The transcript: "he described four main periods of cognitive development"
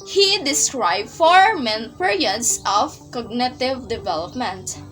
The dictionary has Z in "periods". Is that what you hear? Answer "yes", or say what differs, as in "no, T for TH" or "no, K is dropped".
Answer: no, S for Z